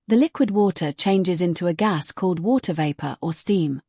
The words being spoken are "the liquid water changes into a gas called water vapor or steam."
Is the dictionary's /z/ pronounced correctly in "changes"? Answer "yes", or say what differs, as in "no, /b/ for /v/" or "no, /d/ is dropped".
yes